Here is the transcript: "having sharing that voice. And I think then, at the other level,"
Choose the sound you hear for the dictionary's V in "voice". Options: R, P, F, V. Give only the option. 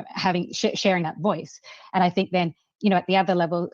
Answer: V